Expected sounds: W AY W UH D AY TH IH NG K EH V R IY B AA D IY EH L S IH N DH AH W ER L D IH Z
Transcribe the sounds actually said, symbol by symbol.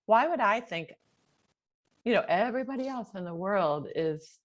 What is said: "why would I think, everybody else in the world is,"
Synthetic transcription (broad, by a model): W AY W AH D AY TH IH NG K EH V R IY B AA D IY EH L S IH N DH AH W ER L D IH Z